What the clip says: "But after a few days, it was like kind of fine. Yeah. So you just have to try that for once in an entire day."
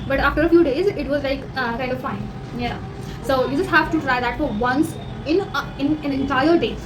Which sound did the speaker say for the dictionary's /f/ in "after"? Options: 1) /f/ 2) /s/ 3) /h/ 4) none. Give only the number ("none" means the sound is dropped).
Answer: 1